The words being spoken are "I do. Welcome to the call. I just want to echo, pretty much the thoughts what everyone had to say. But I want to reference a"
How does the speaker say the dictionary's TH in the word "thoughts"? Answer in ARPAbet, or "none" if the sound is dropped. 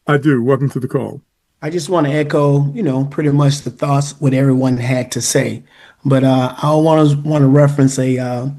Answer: TH